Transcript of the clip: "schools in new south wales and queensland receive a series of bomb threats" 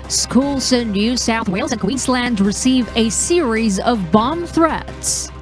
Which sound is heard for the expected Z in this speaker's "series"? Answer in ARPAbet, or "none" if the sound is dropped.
Z